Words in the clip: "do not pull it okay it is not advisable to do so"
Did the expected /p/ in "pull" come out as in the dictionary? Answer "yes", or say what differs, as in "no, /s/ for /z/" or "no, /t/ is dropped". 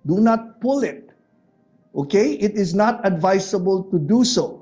yes